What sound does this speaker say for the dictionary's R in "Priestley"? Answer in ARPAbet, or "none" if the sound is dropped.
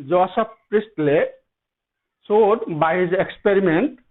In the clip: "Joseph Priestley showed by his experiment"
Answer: R